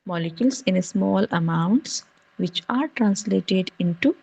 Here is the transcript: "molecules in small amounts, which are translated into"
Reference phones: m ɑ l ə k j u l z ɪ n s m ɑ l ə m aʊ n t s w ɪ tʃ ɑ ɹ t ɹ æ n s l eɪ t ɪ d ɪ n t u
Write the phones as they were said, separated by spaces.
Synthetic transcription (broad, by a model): m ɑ l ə k j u l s ɪ n s m ɑ l ə m aʊ n t s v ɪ tʃ ɑ ɹ t ɹ æ n s l eɪ t ɪ d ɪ n t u